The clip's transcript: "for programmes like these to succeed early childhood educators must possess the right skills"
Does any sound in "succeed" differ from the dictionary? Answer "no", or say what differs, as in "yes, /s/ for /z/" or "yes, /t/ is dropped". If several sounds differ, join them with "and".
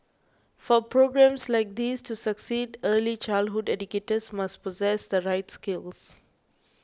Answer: no